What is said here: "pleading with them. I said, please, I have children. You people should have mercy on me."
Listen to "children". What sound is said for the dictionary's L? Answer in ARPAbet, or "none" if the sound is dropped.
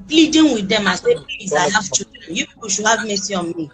none